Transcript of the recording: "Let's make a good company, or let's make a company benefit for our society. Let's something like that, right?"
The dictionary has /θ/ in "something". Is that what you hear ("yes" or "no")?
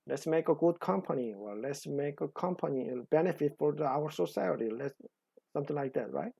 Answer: no